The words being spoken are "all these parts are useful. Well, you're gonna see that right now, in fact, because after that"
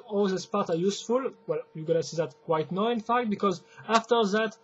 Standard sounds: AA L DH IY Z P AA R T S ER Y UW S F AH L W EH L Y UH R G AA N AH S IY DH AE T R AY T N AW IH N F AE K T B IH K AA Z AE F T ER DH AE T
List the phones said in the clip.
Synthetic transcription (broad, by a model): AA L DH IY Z P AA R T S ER Y UW S F AH L W EH L Y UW G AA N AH S IY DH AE T W AY T N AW IH N F AE K T B IH K AA Z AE F T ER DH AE T